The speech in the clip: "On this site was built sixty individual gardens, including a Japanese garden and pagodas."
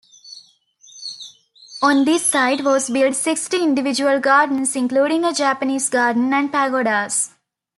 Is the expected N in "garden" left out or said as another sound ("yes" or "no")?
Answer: no